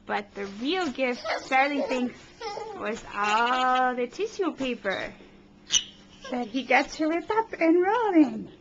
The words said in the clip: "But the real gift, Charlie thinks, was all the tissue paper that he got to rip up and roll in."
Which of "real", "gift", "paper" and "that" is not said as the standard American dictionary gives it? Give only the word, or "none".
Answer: none